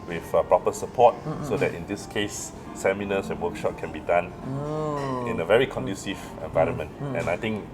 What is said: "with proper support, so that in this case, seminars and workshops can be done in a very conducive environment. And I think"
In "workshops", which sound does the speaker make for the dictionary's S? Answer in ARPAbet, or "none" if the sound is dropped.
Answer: none